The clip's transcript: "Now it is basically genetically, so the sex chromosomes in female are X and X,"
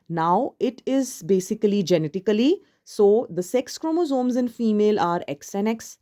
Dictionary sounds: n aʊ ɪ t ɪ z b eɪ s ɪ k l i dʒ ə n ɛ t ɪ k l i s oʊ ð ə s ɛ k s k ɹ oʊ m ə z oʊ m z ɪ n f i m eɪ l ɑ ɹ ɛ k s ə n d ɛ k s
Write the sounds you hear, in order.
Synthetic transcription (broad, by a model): n aʊ ɪ t ɪ z b eɪ s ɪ k l i dʒ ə n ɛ t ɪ k l i s oʊ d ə s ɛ k s k ɹ oʊ m ə z oʊ m z ɪ n f i m eɪ l ɑ ɹ ɛ k s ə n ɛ k s